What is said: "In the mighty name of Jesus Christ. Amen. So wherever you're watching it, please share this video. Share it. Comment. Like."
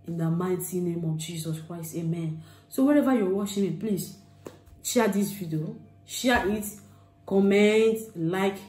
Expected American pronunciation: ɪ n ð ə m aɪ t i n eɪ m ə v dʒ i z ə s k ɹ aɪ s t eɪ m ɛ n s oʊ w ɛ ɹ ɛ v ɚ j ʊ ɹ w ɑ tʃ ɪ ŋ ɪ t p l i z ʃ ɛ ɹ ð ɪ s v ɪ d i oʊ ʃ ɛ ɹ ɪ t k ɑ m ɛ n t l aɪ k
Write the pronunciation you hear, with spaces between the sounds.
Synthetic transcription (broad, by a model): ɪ n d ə m aɪ t i n eɪ m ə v dʒ i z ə s k ɹ aɪ s t eɪ m ɛ n s oʊ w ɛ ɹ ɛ v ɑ j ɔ w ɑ ʃ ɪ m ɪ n p l i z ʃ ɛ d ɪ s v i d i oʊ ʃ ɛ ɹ ɪ t k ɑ m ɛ n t l aɪ k